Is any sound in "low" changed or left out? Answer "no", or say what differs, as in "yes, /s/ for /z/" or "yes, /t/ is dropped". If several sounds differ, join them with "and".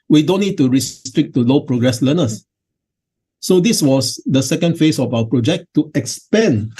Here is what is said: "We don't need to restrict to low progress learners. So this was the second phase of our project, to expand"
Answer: no